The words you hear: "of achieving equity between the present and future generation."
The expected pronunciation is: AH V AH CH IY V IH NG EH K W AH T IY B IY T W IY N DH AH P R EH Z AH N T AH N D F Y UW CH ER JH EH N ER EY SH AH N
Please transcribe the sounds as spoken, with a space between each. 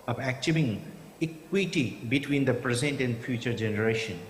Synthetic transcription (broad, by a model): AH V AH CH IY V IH NG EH K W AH T IY B IY T W IY N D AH P R EH Z AH N T AH N D F Y UW CH ER JH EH N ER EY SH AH N